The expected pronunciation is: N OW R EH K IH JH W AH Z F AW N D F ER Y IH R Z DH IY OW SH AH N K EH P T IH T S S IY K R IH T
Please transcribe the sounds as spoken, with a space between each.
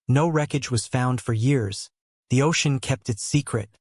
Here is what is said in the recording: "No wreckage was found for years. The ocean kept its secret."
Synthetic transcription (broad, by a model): N OW R EH K IH JH W AH Z F AW N D F ER Y IH R Z DH IY OW SH AH N K EH P T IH T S S IY K R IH T